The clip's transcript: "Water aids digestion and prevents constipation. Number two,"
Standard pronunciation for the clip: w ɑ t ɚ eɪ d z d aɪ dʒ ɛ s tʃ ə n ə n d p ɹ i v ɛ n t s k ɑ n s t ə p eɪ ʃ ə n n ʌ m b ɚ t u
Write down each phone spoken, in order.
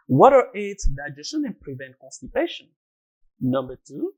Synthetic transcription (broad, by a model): w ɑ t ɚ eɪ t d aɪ dʒ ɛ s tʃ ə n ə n p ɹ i v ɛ n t k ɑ n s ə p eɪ ʃ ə n n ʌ m b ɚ t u